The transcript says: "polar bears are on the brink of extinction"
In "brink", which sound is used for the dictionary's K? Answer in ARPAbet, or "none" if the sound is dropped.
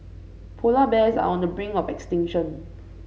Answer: none